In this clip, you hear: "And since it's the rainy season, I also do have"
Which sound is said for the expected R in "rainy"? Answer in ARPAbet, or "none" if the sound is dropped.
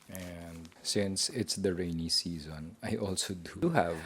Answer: R